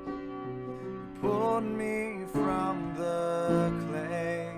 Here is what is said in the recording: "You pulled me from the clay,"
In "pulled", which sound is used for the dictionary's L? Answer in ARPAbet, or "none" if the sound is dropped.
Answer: none